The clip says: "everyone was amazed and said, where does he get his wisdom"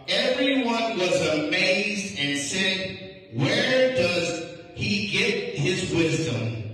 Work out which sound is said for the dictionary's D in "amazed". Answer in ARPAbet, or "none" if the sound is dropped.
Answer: D